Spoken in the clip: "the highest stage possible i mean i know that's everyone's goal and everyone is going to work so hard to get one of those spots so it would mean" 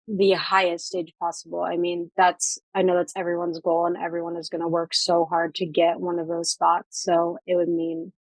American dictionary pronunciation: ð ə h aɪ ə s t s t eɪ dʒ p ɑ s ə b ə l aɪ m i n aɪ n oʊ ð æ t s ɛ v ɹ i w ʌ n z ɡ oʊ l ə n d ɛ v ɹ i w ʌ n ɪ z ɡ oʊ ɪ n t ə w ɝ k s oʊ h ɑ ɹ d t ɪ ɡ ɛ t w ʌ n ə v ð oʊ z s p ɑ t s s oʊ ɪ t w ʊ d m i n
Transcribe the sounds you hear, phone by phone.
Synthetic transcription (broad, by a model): ð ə h aɪ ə s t s t eɪ dʒ p ɑ s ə b l aɪ m i n aɪ n oʊ ð æ t s ɛ v ɹ i w ʌ n z ɡ oʊ l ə n ɛ v ɹ i w ʌ n ɪ z ɡ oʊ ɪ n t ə w ɝ k s oʊ h ɑ ɹ d t ɪ ɡ ɛ t w ʌ n ə v ð oʊ z s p ɑ t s s oʊ ɪ t w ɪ d m i n